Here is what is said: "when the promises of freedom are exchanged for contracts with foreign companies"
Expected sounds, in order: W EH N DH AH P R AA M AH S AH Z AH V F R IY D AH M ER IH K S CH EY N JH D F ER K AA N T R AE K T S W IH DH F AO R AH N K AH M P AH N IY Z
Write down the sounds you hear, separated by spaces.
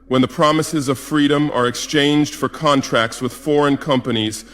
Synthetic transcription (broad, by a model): W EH N DH AH P R AA M AH S AH Z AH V F R IY D AH M ER IH K S CH EY N JH D F ER K AA N T R AE K T S W IH DH F AO R AH N K AH M P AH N IY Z